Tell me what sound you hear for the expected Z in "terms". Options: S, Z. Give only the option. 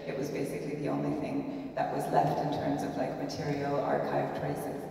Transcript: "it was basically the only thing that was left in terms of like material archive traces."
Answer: Z